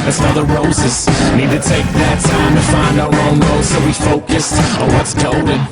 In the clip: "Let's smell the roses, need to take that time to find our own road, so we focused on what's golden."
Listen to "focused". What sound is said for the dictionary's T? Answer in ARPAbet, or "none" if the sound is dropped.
T